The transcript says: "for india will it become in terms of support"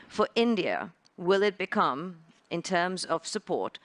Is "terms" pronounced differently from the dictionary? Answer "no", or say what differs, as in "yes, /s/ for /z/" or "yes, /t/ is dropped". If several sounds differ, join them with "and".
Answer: no